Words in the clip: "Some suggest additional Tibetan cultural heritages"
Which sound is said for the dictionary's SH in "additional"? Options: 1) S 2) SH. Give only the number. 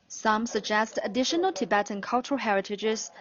2